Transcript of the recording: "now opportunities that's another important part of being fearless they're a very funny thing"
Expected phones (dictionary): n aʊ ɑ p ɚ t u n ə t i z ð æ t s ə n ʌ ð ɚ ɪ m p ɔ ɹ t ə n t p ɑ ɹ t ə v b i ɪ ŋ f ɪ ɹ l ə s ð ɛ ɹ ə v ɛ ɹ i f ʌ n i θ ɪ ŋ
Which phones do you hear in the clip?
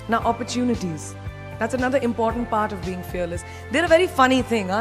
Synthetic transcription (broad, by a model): n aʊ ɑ p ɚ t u n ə t i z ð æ t s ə n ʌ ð ɚ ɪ m p ɔ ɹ t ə n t p ɑ ɹ t ə v b i ɪ ŋ f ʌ ɹ l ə s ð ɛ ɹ ə v ɛ ɹ i f ʌ n i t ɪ ŋ